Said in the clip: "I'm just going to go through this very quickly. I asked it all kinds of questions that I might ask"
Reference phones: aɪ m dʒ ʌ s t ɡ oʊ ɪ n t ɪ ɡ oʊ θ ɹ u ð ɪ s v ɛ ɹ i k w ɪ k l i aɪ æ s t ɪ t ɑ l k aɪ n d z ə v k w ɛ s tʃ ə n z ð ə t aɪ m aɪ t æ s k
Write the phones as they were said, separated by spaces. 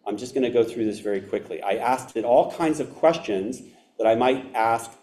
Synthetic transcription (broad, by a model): aɪ m dʒ ʌ s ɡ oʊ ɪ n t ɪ ɡ oʊ θ ɹ u ð ɪ s v ɛ ɹ i k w ɪ k l i aɪ æ s t ɪ t ɑ l k aɪ n d z ə v k w ɛ s tʃ ə n z ð ə t aɪ m aɪ t æ s k